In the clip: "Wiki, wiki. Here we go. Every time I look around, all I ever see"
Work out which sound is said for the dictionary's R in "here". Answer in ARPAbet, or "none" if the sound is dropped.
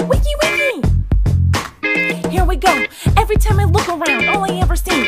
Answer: R